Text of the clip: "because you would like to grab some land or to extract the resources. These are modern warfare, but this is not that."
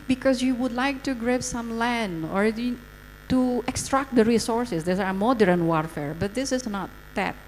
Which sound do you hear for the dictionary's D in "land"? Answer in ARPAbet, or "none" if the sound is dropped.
D